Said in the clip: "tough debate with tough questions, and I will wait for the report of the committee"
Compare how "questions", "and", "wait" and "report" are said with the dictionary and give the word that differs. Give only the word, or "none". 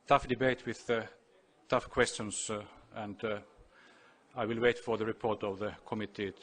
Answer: questions